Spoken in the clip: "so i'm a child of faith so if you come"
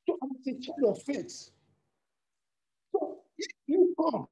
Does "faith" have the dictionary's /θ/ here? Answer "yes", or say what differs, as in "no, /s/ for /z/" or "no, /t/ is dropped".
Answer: no, /s/ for /θ/